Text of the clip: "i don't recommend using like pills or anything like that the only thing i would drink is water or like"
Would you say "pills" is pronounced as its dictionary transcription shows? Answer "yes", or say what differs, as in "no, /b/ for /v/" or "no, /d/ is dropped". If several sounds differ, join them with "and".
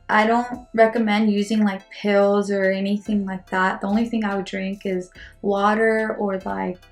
yes